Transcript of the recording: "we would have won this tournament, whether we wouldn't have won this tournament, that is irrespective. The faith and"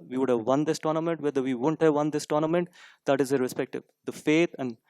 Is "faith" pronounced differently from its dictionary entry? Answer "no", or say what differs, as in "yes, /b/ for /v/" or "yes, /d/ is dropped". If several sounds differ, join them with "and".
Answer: yes, /t/ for /θ/